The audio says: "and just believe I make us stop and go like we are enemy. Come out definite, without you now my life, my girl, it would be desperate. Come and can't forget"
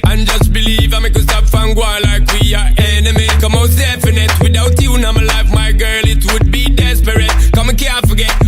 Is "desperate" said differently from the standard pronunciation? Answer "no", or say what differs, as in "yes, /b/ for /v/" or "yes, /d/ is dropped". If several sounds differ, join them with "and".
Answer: no